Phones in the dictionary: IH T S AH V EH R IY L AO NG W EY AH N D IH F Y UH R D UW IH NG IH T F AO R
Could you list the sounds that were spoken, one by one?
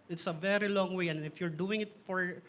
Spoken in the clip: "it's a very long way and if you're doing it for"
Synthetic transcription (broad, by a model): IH T S AH V EH R IY L AO NG W EY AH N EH IH F Y UH R D UW IH NG IH T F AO R